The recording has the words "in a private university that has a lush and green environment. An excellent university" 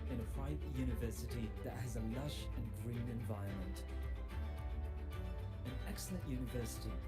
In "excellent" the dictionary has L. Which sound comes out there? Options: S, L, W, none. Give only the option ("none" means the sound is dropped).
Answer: L